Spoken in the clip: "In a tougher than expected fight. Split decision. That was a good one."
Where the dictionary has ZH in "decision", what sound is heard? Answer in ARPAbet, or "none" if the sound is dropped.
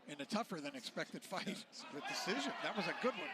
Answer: ZH